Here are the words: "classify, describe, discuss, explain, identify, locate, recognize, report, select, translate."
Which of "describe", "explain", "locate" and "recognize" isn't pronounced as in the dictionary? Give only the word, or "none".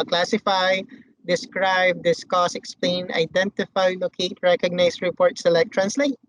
recognize